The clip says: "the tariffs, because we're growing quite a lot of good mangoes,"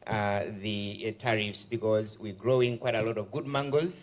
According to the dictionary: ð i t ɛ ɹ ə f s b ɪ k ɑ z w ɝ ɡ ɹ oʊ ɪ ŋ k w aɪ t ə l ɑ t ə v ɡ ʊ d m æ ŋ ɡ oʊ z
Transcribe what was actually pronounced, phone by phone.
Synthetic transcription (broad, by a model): ð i t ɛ ɹ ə f s b ɪ k ɑ z w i ɡ ɹ oʊ ɪ ŋ k w aɪ t ə l ɑ t ə v ɡ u d m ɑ ŋ ɡ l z